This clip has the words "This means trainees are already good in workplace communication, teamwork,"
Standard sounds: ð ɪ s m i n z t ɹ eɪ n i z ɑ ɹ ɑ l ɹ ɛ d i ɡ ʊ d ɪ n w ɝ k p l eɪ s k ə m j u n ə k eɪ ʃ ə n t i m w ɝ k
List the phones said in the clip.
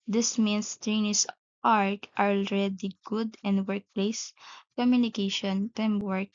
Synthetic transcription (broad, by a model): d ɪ s m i n s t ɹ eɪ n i s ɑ ɹ ɑ l ɹ ɛ d i ɡ ʊ d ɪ n w ɝ k p l eɪ s k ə m j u n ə k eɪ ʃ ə n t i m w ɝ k